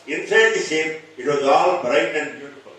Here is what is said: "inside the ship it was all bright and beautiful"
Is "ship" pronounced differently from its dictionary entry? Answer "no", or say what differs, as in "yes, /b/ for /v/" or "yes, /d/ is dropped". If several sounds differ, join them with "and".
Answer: yes, /s/ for /ʃ/